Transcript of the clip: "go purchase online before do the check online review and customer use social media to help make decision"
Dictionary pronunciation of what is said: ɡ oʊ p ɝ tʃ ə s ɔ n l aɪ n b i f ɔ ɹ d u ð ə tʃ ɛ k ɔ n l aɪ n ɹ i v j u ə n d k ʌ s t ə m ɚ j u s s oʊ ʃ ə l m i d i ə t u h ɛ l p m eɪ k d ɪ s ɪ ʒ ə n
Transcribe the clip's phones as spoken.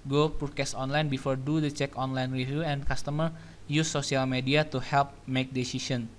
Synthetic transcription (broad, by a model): ɡ oʊ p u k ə s ɔ n l aɪ n b i f ɔ ɹ d u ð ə tʃ ɛ k ɔ n l aɪ n ɹ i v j u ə n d k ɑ s t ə m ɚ j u s s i ə l m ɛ d i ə t u h ɛ l p m eɪ k d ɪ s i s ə n